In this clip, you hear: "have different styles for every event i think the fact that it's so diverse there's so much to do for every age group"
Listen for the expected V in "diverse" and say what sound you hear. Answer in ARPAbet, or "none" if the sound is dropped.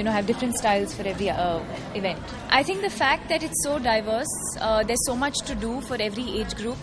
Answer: V